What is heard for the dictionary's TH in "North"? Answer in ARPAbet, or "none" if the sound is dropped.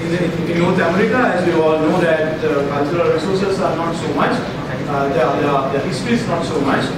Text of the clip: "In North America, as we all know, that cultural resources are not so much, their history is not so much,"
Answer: T